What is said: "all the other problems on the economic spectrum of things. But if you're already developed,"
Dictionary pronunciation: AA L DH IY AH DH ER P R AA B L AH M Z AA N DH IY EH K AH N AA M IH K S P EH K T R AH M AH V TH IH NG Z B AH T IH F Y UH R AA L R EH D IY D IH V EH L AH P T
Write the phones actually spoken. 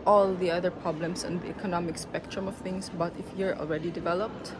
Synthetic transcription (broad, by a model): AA L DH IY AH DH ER P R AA B L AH M S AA N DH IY EH K AH N AA M IH K S P EH K T R AH M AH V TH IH NG S B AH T IH F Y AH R AA L R EH D IY D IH V EH L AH P T